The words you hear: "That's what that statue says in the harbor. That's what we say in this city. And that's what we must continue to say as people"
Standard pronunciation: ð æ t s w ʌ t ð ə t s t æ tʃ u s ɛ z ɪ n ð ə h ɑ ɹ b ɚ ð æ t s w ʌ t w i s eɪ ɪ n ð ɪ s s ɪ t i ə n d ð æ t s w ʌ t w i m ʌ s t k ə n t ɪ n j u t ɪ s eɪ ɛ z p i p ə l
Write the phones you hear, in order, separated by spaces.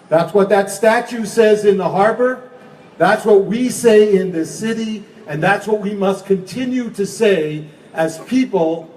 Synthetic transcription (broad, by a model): ð æ t s w ʌ t ð ə t s t æ tʃ u s ɛ z ɪ n ð ə h ɑ ɹ b ɚ ð æ t s w ʌ t w i s eɪ ɪ n ð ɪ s s ɪ t i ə n ð æ t s w ʌ t w i m ʌ s k ə n t ɪ n j u t ɪ s eɪ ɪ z p i p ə l